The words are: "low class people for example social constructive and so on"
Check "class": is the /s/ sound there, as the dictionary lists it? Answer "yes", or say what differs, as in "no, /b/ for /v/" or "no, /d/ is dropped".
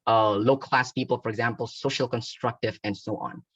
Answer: yes